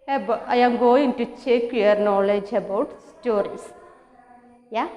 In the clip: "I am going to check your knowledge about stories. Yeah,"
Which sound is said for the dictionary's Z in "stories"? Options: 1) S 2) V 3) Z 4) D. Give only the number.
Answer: 1